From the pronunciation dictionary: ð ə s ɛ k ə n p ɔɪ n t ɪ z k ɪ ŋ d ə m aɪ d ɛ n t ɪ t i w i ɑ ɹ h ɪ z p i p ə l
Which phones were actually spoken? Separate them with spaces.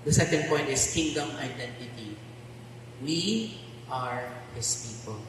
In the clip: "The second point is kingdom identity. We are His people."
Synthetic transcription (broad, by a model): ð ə s ɛ k ə n p ɔɪ n t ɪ s k ɪ ŋ d ə m aɪ d ɛ n t ɪ t i w i ɑ ɹ h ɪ s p i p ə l